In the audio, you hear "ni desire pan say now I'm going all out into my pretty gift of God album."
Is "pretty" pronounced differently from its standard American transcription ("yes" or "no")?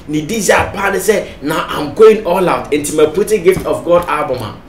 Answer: yes